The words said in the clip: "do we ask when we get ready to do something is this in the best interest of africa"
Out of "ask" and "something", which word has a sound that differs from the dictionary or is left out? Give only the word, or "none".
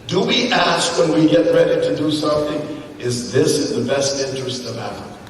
none